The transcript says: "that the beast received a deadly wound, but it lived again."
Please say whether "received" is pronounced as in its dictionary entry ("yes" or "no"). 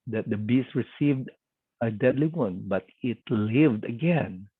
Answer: yes